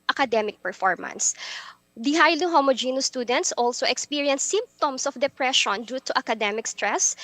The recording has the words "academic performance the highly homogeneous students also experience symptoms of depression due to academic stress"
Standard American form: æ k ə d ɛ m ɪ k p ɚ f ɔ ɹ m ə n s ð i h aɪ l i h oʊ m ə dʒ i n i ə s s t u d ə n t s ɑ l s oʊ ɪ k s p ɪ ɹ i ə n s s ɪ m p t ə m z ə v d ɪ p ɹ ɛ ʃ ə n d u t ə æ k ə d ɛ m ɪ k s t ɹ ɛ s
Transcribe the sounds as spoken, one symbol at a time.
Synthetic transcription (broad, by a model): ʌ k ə d ɛ m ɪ k p ɚ f ɔ ɹ m ə n s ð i h aɪ l i h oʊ m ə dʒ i n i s s t u d ə n t s ɑ l s oʊ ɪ k s p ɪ ɹ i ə n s s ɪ m p t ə m s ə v d ɪ p ɹ ɛ ʃ ə n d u t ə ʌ k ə d ɛ m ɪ k s t ɹ ɛ s